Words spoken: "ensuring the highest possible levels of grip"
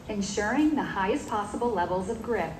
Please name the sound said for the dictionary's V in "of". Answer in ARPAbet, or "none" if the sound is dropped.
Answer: V